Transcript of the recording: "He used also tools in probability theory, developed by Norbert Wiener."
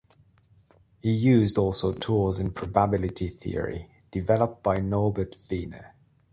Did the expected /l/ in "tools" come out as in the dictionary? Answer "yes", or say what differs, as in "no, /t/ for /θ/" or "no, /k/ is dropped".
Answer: no, /l/ is dropped